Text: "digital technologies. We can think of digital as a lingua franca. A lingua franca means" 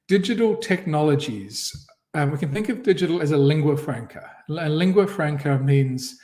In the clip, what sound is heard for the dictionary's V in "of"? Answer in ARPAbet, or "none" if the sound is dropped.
V